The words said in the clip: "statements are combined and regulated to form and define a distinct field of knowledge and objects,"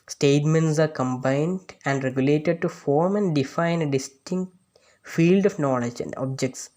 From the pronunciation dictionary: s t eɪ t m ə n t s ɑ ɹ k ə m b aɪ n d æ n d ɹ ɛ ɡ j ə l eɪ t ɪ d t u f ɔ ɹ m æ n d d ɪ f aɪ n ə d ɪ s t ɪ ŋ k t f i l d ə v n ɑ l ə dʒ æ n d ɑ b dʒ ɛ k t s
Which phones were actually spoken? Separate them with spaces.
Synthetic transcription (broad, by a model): s t eɪ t m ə n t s ɑ ɹ k ə m b aɪ n d æ n d ɹ ɛ ɡ j ə l eɪ t ɪ d t u f ɔ ɹ m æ n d d ɪ f aɪ n d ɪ s t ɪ ŋ k t f i l d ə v n ɑ l ə dʒ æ n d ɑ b dʒ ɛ k t s